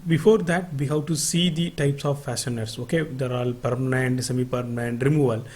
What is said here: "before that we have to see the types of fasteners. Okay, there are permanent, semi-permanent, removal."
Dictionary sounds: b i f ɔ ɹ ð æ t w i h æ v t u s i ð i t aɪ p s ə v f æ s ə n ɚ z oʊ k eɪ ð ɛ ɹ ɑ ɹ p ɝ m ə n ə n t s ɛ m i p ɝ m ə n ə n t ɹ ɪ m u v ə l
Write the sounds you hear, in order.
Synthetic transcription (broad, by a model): b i f ɔ ɹ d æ t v i h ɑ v t u s i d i t aɪ p s ə v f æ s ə n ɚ s oʊ k eɪ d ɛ ɹ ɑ l p ɝ m ə n ə n t s ɛ m i p ɝ m ə n ə n t ɹ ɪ m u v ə l